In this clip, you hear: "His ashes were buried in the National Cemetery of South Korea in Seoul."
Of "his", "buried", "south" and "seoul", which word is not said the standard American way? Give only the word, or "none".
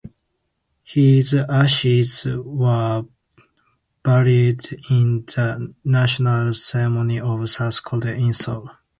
south